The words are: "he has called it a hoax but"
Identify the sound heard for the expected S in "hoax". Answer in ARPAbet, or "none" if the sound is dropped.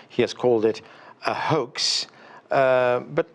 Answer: S